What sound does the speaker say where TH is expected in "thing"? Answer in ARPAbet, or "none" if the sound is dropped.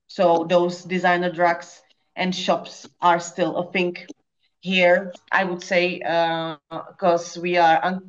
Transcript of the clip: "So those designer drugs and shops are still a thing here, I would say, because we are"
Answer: F